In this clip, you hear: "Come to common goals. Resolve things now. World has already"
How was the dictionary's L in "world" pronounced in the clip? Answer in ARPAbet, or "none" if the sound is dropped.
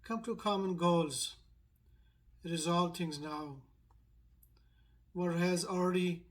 none